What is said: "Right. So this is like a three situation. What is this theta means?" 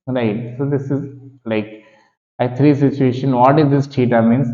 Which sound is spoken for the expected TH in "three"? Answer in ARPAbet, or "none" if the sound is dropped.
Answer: T